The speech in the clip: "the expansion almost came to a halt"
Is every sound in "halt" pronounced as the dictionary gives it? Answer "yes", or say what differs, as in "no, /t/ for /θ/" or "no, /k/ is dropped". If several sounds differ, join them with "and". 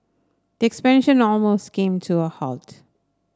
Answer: yes